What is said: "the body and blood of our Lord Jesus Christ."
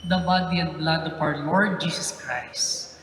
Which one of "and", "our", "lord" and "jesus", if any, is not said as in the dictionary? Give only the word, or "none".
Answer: jesus